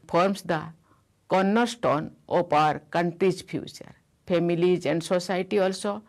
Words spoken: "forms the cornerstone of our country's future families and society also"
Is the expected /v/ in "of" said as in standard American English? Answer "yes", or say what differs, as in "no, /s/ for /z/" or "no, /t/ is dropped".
no, /p/ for /v/